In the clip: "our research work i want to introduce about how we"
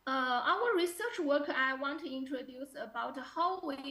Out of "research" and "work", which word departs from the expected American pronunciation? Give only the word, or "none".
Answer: none